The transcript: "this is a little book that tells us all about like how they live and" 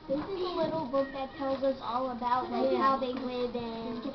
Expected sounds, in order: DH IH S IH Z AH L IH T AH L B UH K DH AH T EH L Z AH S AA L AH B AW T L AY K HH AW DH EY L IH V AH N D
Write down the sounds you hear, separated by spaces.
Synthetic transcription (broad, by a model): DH IH S IH Z AH L IH T L B UH K DH AH T EH L Z AH S AA L AH B AW T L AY HH AW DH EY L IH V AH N